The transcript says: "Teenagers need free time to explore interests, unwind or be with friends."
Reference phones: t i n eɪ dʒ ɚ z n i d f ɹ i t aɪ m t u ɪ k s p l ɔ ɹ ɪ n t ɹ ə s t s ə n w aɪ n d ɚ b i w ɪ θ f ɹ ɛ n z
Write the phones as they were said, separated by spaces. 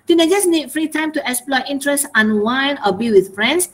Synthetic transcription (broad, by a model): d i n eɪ dʒ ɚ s n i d f ɹ i t aɪ m t u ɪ k s p l ɔ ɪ n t ɹ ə s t ə n w aɪ n ɔ b i w ɪ θ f ɹ ɛ n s